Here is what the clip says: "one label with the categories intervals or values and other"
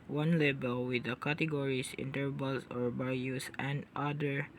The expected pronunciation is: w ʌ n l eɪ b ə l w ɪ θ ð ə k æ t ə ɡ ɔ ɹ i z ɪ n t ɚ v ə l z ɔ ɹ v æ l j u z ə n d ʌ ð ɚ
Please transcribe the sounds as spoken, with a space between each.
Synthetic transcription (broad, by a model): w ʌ n l eɪ b ə l w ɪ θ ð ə k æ t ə ɡ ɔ ɹ i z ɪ n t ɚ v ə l s ɔ ɹ b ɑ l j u s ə n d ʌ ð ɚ